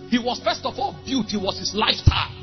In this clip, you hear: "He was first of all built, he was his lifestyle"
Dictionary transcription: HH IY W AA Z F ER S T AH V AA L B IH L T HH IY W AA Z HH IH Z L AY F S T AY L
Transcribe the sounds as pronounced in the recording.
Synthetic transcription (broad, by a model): HH IY W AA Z F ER S T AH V AA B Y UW T HH IY W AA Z HH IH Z L AY F T AY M